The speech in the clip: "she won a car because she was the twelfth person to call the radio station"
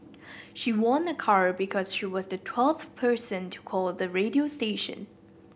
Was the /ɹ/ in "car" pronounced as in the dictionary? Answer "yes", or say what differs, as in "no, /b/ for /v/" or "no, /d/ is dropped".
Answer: yes